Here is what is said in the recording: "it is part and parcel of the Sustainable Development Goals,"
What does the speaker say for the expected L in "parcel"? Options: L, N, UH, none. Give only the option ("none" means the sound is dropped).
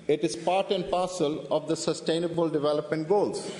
L